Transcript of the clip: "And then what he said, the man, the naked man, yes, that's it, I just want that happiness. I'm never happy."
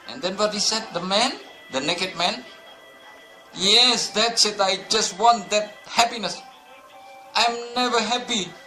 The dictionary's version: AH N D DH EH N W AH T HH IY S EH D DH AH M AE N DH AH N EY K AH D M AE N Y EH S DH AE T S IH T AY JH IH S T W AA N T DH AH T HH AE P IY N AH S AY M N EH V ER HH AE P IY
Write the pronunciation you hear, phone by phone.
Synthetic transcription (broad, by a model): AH N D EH N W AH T HH IY S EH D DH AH M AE N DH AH N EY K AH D M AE N Y EH S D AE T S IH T AY JH IH S T W AA N T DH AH T HH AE P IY N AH S AY M N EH V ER HH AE P IY